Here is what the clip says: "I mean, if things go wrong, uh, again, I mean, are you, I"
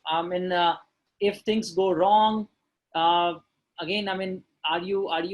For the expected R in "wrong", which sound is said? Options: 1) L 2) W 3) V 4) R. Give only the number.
4